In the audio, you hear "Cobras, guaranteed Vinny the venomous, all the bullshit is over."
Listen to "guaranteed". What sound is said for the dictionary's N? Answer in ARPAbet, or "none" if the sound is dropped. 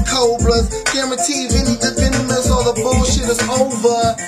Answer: none